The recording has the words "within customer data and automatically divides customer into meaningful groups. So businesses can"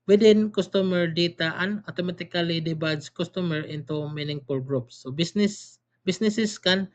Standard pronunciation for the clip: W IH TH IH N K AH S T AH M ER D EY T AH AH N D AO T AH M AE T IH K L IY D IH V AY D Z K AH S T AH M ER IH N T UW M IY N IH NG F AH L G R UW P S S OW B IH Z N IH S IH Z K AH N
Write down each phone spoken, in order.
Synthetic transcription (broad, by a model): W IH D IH N K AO S T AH M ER D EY T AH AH N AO T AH M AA T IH K L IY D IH B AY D S K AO S T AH M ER IH N T UW M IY N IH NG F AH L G R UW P S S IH B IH S N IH S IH S K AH N